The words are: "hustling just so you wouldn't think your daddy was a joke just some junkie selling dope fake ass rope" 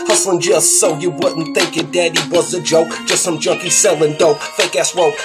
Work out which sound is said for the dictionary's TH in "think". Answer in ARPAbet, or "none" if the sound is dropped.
TH